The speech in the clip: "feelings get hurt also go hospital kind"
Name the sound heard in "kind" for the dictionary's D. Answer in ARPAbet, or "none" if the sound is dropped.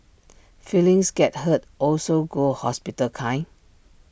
none